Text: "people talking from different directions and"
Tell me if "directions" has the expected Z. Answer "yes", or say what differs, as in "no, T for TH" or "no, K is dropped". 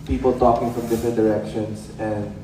no, S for Z